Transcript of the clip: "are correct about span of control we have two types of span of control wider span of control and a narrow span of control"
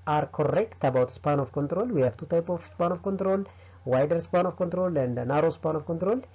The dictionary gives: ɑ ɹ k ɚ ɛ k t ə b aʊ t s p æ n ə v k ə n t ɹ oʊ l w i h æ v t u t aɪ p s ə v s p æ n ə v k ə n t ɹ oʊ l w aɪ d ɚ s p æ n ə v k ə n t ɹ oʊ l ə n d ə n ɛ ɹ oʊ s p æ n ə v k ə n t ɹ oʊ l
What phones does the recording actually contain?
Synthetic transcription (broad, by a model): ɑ ɹ k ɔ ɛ k t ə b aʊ t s p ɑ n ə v k ə n t ɹ oʊ l w i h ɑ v t u t aɪ p ə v s p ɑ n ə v k ə n t ɹ oʊ l w aɪ d ɚ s p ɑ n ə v k ə n t ɹ oʊ l ə n d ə n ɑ ɹ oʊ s p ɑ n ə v k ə n t ɹ oʊ l